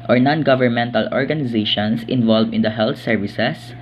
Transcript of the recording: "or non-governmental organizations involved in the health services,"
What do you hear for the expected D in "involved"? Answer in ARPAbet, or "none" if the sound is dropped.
none